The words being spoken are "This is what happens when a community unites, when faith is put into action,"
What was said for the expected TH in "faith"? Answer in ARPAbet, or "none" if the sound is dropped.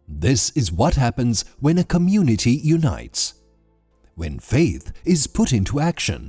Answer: TH